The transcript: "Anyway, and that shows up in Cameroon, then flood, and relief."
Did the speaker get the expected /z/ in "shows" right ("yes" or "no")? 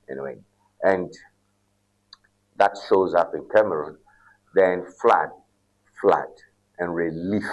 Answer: yes